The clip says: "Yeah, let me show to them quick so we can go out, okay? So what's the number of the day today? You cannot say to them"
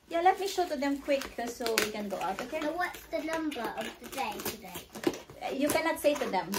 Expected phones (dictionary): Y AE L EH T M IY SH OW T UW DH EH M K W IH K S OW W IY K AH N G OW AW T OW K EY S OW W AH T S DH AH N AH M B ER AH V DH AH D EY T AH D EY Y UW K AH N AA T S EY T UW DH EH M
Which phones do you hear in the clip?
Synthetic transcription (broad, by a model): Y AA L EH T M IY SH OW T UW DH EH M K W IH K S OW W IY K AH N G OW AW T OW K EY W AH T S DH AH N AH M B ER AH V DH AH D EY T AH D EY Y UW K AH N AA T S EY T UW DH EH M